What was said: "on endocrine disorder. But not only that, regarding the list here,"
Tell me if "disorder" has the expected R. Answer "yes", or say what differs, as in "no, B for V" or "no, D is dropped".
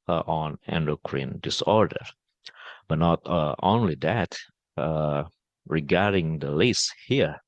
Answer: yes